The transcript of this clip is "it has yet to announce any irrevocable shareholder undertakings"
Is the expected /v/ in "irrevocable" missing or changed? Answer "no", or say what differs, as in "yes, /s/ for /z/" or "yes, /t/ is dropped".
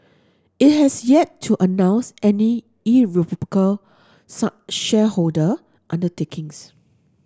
yes, /p/ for /v/